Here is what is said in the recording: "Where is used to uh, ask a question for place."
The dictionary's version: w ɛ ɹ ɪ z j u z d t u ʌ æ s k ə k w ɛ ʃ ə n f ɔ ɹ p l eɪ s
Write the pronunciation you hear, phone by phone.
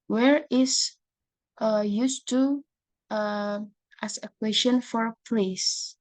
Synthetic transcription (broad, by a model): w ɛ ɹ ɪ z j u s t u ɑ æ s ə k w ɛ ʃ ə n f ɔ ɹ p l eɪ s